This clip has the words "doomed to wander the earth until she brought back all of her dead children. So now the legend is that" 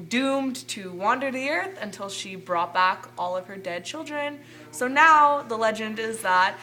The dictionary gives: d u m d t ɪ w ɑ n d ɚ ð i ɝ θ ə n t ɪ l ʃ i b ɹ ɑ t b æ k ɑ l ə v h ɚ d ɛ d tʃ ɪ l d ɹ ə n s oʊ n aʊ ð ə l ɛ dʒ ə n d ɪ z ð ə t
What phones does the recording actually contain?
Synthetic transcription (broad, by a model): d u m t ɪ w ɑ n d ɚ ð i ɝ θ ə n t ɪ l ʃ i b ɹ ɑ t b æ k ɑ l ə v ɚ d ɛ d tʃ ɪ l d ɹ ə n s oʊ n aʊ ð ə l ɛ dʒ ə n d ɪ z ð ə t